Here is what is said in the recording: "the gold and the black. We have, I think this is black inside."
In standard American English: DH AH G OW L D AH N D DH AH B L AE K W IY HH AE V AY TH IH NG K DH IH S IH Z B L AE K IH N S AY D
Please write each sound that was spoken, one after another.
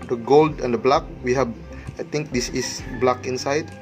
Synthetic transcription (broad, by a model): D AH G OW L D AH N D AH B L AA K W IY HH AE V AY T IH NG K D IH S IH S B L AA K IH N S AY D